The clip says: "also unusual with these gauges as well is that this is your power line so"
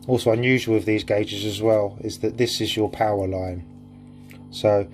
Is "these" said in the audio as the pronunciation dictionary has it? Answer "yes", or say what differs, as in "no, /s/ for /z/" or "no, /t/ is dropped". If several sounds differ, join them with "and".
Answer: yes